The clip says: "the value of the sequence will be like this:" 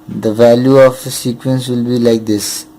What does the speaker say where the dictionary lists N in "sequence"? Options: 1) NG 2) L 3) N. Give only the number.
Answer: 3